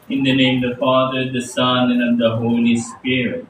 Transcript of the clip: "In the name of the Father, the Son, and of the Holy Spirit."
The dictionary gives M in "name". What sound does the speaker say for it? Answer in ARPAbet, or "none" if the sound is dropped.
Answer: none